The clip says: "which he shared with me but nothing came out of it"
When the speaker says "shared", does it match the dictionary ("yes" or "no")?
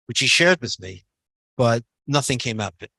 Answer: yes